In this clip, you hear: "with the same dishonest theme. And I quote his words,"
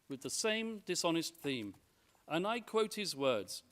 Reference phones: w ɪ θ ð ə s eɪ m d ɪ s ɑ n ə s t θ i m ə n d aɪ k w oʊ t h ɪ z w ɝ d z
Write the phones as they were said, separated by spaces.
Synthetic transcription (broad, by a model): w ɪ ð ə s eɪ m d ɪ s ɑ n ə s t θ i m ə n aɪ k w oʊ t h ɪ z w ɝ d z